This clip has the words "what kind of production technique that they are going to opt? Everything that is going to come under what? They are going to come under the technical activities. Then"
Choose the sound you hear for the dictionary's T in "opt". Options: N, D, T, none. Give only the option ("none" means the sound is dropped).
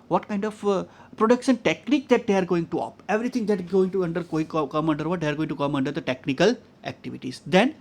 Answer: none